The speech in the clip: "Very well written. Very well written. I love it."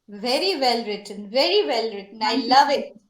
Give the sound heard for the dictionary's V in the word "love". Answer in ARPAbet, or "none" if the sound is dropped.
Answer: V